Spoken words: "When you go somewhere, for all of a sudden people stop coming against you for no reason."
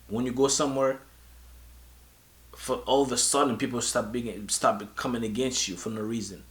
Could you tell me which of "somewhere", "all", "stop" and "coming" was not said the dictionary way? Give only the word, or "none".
stop